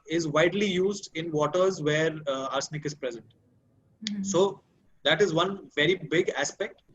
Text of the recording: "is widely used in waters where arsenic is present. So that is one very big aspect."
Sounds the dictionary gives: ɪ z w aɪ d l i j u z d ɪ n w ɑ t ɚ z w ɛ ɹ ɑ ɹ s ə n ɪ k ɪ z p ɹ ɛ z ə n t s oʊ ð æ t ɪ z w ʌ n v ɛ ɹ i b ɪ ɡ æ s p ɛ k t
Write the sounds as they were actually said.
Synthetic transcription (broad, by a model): ɪ z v aɪ d l i j u z d ɪ n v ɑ t ɚ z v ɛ ɹ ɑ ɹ s n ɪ k ɪ z p ɹ ɛ z ə n t s oʊ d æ t ɪ z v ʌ n v ɛ ɹ i b ɪ ɡ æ s p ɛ k t